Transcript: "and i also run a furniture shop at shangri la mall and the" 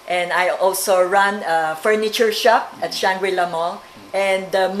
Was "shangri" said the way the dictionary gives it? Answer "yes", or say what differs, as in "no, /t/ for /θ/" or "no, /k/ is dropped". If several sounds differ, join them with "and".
no, /w/ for /ɹ/